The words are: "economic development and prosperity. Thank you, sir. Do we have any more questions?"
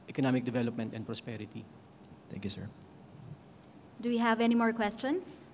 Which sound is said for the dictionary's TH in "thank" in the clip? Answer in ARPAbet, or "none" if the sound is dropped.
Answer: T